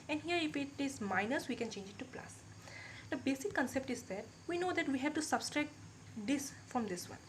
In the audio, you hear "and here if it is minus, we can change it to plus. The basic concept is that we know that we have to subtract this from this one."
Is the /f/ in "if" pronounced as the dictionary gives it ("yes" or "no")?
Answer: no